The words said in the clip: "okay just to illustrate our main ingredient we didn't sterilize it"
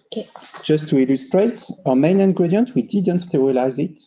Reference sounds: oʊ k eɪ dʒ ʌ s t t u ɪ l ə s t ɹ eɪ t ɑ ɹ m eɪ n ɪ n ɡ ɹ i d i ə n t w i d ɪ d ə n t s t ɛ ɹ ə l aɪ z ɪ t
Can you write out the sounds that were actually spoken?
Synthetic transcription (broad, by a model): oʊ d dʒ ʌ s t t u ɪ l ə s t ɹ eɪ t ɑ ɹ m eɪ n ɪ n ɡ ɹ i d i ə n t w i d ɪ d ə n t s t ɛ ɹ ə l aɪ z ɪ t